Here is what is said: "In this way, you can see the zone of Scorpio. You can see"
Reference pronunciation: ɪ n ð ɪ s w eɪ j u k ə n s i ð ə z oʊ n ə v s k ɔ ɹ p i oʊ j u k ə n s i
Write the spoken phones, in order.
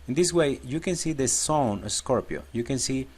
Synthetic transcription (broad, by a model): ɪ n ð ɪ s w eɪ j u k ə n s i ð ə s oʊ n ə s k ɔ ɹ p i oʊ j u k ə n s i